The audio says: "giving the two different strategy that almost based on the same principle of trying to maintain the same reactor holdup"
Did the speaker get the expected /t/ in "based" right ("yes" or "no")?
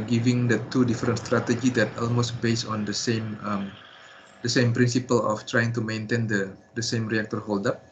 no